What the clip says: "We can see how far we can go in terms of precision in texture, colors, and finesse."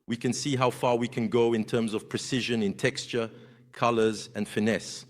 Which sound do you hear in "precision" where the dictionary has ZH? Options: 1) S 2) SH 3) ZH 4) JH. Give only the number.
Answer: 3